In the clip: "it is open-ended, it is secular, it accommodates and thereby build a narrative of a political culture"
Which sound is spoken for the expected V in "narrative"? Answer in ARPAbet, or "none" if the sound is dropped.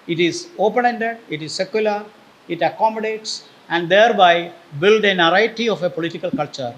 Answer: none